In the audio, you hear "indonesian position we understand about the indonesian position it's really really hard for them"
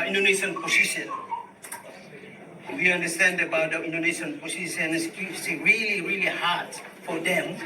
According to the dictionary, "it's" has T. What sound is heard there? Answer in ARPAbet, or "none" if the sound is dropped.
S